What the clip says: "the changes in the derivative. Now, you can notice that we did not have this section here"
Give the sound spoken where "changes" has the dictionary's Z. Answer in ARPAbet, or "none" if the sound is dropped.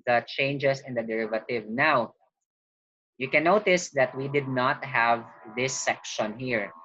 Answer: S